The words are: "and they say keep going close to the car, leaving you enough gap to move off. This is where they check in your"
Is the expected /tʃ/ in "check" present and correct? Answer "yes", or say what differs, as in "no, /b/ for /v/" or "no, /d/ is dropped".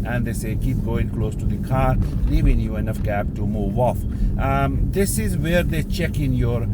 yes